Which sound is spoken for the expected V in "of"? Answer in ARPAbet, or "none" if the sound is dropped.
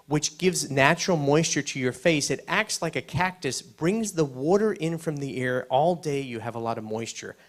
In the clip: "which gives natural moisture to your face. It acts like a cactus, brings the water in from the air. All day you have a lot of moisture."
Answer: V